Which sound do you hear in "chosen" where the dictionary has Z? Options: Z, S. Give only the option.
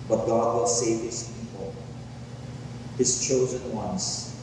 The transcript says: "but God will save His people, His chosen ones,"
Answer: Z